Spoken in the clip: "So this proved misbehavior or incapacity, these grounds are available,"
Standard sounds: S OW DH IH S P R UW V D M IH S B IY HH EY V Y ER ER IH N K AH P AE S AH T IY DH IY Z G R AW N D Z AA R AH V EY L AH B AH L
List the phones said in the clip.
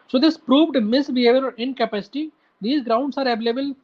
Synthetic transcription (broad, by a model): S OW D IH S P R UW V D M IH S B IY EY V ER ER IH N K AH P AE S AH T IY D IY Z G R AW N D S AA R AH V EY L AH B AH L